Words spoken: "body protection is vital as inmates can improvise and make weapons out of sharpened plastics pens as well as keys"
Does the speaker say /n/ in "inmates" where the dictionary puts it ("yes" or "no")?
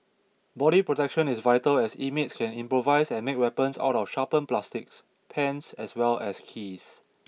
no